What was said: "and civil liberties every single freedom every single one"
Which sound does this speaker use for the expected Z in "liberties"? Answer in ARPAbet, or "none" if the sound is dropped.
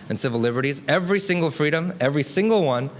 Z